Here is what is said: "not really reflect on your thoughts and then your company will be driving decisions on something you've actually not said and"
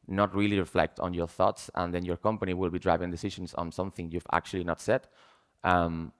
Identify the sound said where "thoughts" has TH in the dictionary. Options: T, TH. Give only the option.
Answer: TH